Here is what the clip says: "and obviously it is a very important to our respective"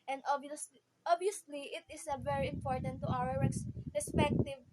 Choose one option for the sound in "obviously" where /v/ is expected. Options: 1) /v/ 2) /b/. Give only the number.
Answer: 2